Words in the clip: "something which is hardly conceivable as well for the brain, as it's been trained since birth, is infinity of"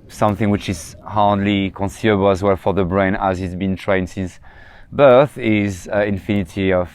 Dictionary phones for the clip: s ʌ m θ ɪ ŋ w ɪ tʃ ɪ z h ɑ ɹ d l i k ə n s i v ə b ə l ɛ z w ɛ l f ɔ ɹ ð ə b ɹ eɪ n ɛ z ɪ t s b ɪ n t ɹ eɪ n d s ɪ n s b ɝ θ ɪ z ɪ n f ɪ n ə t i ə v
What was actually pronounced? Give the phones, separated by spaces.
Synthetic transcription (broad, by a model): s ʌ m θ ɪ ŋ w ɪ tʃ ɪ z h ɑ ɹ d l i k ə n s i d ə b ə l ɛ z w ɛ l f ɔ ɹ ð ə b ɹ eɪ n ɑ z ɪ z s b ɪ n t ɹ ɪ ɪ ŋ s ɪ n s b ɝ θ ɪ z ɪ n f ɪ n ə t i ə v